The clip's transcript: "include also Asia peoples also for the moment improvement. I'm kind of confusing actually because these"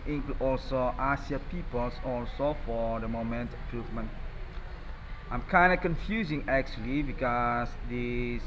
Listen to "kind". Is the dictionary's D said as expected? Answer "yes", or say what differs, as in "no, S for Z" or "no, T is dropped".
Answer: yes